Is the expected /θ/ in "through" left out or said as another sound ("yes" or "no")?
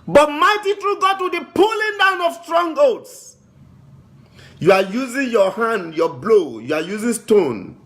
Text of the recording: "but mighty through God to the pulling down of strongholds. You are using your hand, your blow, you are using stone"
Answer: yes